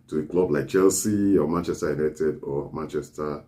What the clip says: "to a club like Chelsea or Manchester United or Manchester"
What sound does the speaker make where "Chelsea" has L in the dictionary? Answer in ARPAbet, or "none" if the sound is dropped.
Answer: L